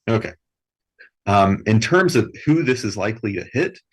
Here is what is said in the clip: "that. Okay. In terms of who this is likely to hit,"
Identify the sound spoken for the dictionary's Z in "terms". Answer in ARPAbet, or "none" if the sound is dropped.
Z